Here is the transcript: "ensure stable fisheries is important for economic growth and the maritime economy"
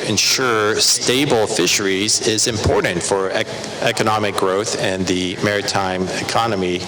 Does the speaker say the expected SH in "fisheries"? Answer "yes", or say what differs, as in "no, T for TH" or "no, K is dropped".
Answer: yes